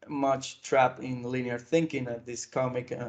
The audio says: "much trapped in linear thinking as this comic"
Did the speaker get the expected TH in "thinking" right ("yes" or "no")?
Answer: yes